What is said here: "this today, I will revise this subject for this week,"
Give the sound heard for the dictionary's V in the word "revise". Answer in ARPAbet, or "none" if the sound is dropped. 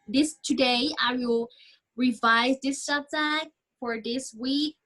V